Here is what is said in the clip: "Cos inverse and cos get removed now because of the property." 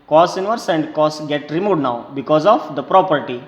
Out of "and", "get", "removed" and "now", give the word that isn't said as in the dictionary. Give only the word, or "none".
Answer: removed